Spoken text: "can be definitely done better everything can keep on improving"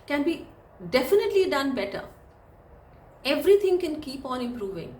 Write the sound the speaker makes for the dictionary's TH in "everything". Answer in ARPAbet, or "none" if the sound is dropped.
T